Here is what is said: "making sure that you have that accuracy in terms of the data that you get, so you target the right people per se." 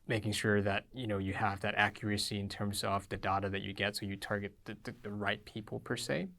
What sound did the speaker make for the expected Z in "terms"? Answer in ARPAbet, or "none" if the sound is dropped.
Z